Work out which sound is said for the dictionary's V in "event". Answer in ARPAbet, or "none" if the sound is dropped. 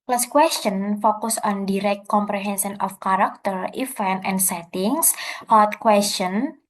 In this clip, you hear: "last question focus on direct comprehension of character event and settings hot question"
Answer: F